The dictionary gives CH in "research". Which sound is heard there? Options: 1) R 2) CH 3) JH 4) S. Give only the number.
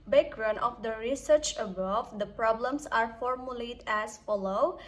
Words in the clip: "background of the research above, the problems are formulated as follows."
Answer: 2